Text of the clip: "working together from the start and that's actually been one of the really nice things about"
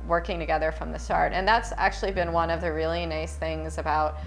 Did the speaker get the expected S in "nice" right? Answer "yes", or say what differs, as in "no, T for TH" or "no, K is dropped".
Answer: yes